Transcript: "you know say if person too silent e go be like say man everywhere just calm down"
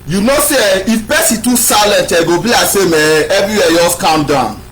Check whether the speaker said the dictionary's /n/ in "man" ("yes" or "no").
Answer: no